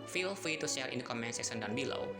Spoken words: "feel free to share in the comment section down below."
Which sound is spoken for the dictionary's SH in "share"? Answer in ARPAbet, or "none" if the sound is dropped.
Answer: S